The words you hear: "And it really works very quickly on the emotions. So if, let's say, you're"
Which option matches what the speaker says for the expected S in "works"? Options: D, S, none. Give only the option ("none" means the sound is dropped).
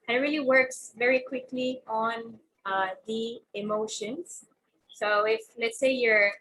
S